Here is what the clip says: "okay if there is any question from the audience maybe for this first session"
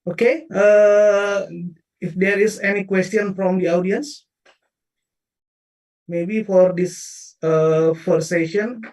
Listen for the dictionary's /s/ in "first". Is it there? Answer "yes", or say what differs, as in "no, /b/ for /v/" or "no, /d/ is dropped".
no, /s/ is dropped